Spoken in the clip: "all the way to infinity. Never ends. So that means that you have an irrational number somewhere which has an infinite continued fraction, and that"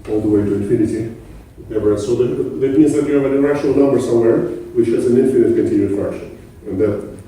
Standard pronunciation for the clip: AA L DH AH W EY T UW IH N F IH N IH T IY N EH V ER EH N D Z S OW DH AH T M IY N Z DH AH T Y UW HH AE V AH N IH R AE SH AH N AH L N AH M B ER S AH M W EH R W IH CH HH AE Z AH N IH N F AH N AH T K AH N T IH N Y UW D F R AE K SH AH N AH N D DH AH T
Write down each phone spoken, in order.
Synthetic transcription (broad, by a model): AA L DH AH W EY T UW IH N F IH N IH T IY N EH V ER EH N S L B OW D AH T M IY N Z DH AH T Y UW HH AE V AH N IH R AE SH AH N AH L N AH M B ER S AH M W EH R W IH CH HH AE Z AH N IH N F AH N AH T K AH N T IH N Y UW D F AE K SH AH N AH N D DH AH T